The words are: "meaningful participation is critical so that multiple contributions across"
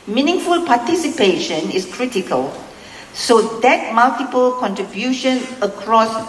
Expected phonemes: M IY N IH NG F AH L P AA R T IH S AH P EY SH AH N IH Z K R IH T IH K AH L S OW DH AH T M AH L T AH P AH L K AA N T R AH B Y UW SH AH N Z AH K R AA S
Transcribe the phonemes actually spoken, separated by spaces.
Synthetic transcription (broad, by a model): M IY N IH NG F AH L P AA T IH S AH P EY SH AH N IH S K R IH T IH K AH L S OW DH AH T M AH L T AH P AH L K AA N T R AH B Y UW SH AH N AH K R AA S